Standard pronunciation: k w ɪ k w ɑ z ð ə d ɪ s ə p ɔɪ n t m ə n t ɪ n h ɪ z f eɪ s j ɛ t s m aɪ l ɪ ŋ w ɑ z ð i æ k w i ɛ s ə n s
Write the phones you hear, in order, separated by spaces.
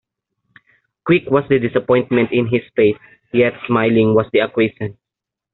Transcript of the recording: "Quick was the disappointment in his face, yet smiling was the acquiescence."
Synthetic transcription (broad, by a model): k w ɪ k w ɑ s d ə d ɪ s ə p ɔɪ n t m ə n t ɪ n h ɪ s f eɪ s j ɛ t s m aɪ l ɪ ŋ w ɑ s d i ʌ k w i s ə n